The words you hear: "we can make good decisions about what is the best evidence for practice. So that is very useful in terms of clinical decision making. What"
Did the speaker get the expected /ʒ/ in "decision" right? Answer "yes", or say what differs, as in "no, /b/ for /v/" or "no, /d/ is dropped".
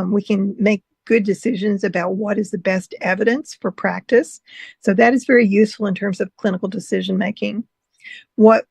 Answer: yes